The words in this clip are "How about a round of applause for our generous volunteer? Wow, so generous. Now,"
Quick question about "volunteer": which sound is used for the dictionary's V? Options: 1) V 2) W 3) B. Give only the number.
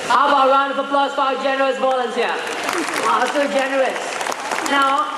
3